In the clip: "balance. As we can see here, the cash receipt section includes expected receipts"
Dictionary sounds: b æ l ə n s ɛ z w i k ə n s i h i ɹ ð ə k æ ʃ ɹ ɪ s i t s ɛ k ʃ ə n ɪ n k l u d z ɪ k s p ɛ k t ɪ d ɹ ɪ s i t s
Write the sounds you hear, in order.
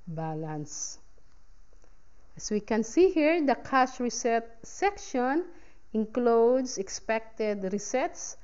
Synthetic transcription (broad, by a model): b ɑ l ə n s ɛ s w i k ə n s i h i ɹ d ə k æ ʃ ɹ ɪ s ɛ t s ɛ k ʃ ə n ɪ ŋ k l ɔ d s ɪ k s p ɛ k t ɪ d ɹ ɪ s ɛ t s